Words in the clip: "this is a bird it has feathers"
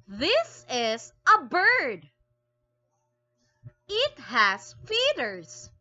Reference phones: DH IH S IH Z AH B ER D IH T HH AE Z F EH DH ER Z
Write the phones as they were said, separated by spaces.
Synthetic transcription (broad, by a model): DH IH S IH Z AH B ER D IH T HH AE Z F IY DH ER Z